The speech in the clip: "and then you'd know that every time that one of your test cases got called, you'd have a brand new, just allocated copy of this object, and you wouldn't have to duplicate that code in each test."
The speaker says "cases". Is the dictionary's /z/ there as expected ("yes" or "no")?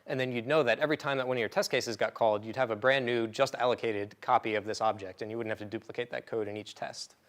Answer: yes